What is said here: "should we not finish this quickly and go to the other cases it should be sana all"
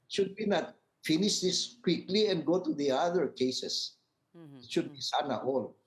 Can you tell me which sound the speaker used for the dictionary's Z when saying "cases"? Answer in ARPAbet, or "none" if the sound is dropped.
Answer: S